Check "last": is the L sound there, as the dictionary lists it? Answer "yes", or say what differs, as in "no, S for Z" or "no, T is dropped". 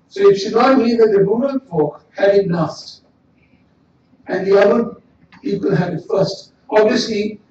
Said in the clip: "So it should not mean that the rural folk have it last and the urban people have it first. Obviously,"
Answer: no, N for L